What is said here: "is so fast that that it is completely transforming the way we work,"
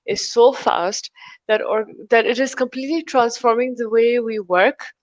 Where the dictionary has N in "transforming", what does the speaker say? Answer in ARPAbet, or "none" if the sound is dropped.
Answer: N